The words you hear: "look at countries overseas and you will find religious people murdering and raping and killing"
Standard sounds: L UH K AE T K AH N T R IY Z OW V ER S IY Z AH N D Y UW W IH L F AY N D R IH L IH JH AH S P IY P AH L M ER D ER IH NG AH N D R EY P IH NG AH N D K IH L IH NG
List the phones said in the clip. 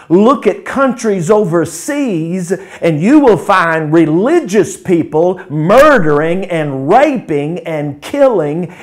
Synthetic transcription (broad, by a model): L UH K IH T K AH N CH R IY Z OW V ER S IY Z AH N Y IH W IH L F AY N D R IH L IH JH AH S P IY P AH L M ER D ER IH NG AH N R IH P IH NG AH N K IH L IH NG